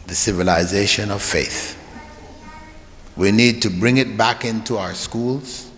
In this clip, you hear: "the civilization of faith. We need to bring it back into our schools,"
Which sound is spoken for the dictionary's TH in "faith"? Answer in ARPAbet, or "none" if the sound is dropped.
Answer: TH